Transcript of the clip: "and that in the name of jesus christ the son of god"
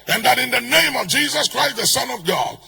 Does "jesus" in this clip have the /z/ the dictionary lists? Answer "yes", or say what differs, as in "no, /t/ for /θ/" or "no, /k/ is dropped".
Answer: yes